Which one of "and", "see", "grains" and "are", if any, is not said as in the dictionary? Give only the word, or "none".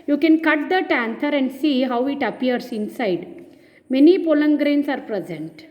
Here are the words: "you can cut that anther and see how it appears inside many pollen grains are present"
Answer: grains